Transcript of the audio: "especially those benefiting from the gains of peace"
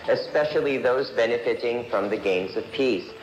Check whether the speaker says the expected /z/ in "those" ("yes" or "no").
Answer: yes